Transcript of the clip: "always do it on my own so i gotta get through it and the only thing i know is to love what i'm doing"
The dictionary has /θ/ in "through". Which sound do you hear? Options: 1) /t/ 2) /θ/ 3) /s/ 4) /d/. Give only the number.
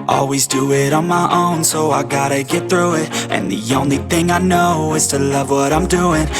2